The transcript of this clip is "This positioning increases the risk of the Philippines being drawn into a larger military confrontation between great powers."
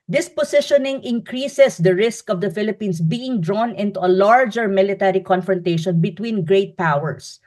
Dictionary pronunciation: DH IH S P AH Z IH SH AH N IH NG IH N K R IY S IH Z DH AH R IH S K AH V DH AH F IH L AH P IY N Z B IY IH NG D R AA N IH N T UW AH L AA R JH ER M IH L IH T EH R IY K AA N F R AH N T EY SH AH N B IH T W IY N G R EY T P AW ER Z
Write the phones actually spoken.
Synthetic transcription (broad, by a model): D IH S P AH S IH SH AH N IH NG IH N K R IY S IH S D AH R IH S K AH V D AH F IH L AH P IY N S B IY IH NG D R AA N IH N T UW AH L AA R JH ER M IH L IH T EH R IY K AA N F R AH N T EY SH AH N B IH T W IY N G R EY T P AW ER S